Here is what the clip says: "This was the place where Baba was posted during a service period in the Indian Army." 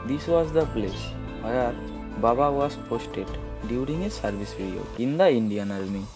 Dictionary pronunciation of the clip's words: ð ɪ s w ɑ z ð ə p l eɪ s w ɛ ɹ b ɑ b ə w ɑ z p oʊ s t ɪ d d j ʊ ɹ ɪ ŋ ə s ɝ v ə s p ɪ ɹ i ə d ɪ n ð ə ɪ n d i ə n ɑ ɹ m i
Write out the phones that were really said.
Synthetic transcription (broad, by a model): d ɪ s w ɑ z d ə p l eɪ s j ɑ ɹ b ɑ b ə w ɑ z p oʊ s t ɪ d d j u ɹ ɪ ŋ ə s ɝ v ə s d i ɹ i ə ɪ n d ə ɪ n d i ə n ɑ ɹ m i